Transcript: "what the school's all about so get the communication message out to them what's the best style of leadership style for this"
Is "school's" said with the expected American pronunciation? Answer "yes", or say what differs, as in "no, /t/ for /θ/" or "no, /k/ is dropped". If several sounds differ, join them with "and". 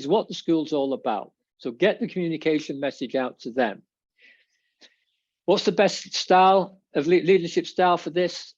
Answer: yes